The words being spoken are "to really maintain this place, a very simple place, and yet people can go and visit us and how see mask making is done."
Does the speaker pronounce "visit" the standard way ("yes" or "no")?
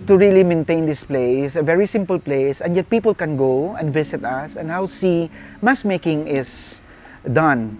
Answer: no